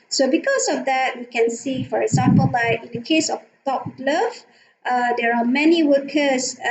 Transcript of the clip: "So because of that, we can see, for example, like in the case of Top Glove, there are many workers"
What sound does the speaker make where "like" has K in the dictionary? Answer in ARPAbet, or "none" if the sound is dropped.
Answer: none